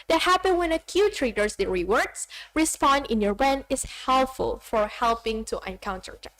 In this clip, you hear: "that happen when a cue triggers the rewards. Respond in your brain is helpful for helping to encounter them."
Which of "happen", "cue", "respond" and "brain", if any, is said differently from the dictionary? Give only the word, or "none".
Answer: brain